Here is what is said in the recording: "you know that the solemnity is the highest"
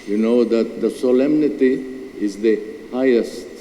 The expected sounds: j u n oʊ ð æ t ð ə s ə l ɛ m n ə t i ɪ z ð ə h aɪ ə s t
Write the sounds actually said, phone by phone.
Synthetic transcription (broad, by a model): j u n oʊ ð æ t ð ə s ə l ɛ m n ə t i ɪ z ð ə h aɪ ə s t